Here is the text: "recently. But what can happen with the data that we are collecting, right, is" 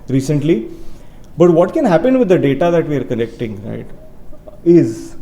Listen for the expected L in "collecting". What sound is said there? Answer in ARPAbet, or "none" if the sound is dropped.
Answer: N